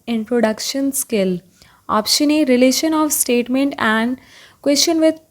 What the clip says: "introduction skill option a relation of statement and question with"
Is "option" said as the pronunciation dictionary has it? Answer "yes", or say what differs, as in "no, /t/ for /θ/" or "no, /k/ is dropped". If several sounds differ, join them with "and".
yes